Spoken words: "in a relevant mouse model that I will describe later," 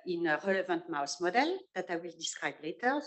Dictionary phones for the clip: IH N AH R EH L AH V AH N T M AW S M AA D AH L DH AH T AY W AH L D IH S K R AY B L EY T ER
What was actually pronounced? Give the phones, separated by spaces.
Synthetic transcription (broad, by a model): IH N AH R EH L AH V AH N T M AW S M AA D AH L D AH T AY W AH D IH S R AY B L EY T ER